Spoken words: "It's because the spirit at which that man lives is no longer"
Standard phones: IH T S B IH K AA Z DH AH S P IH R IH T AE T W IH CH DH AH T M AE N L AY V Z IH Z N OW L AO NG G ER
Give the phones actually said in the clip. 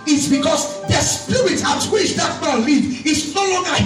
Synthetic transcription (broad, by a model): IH T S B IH K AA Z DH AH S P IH IH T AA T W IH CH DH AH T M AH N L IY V IH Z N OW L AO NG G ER